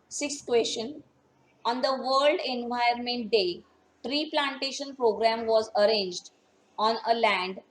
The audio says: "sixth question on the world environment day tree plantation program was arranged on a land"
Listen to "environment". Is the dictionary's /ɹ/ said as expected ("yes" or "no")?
no